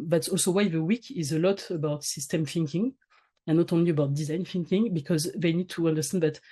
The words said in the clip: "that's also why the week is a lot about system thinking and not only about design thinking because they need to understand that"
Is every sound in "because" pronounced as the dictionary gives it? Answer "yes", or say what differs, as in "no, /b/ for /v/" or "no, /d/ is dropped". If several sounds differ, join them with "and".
yes